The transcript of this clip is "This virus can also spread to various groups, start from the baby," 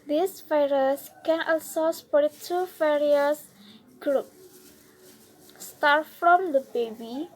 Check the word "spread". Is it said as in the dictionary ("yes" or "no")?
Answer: no